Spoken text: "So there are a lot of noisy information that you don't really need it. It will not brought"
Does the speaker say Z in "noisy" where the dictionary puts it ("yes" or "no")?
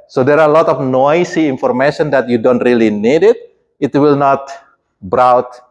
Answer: no